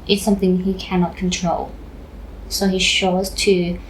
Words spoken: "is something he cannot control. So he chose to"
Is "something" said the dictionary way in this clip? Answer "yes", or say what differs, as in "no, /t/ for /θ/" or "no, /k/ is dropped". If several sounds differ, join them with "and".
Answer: yes